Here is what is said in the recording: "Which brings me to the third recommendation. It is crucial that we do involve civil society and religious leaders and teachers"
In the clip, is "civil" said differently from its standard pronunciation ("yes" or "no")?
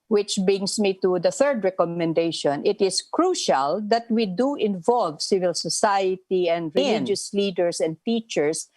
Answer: no